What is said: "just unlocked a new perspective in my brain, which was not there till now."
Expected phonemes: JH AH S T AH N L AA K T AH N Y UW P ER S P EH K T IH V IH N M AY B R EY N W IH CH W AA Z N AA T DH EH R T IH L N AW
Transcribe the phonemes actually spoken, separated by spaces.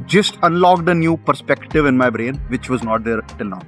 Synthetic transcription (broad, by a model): JH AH S T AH N L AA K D AH N Y UW P ER S P EH K T IH V IH N M AY B R EY N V IH CH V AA Z N AA T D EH R T IH L N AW